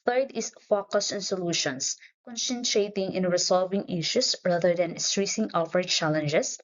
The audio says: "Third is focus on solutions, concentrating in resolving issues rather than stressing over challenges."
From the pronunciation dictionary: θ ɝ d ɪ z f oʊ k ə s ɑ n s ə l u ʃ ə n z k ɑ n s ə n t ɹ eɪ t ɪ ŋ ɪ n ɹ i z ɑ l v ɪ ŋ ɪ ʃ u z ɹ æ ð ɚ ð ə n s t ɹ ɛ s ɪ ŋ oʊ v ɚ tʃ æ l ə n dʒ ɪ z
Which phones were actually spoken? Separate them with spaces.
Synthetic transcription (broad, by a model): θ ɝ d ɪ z f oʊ k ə s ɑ n s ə l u ʃ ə n s k ɑ n s ə n t ɹ eɪ t ɪ ŋ ɪ n ɹ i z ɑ l v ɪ ŋ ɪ ʃ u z ɹ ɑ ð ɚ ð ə n s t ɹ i s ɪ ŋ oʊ f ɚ tʃ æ l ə n dʒ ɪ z